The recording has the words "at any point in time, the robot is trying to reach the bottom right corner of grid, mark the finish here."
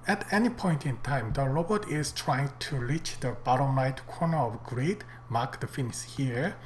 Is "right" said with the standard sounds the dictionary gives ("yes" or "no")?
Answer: no